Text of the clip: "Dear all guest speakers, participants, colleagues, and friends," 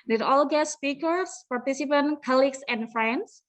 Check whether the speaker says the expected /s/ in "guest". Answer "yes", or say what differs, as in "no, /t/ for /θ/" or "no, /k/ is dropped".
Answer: no, /s/ is dropped